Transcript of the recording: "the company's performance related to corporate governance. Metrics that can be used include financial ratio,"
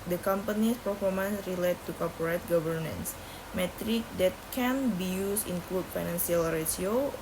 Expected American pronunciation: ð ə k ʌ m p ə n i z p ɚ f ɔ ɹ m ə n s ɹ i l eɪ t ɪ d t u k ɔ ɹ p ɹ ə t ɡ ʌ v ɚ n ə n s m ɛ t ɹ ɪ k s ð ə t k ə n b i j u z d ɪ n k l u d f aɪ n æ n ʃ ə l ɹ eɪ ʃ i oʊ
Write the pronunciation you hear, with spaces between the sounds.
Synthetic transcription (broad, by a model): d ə k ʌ m p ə n i s p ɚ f ɔ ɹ m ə n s ɹ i l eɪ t t u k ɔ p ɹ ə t ɡ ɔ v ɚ n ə n s m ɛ t ɹ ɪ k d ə t k ə n b i j u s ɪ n k l u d f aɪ n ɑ n s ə l ɹ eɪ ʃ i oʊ